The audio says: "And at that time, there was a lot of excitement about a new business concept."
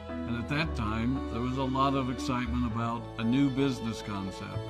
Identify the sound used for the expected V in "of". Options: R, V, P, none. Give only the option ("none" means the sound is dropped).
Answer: V